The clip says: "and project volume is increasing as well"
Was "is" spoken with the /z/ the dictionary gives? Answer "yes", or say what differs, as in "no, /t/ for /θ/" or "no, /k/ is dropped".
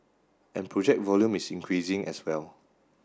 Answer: no, /s/ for /z/